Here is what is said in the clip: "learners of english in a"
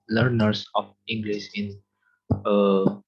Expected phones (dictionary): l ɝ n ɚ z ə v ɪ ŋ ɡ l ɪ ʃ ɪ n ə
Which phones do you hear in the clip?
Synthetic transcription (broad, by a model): l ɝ n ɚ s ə f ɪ ŋ ɡ l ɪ s ɪ n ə